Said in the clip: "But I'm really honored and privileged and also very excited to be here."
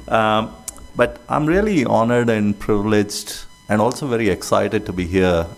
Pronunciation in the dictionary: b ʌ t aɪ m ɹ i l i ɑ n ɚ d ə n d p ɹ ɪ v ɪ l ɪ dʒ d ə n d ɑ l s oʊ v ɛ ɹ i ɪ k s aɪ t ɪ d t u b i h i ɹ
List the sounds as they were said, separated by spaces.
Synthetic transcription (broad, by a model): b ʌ t aɪ m ɹ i l i ɑ n ɚ d ə n d p ɹ ɪ v ɪ l ɪ dʒ d ə n d ɑ l s oʊ v ɛ ɹ i ɪ k s aɪ t ɪ d t u b i h i ɹ